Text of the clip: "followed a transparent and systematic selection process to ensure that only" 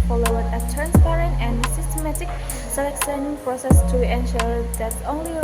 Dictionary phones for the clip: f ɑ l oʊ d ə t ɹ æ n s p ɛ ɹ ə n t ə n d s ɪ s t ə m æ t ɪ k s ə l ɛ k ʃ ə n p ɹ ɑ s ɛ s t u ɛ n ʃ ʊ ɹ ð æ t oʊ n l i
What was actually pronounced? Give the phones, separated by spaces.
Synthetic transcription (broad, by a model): f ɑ l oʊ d ə t ɹ æ n s p ɛ ɹ ə n t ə n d s ɪ s t ə m æ t ɪ k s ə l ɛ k s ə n p ɹ ɑ s ɛ s t u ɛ n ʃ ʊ ɹ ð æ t oʊ n l i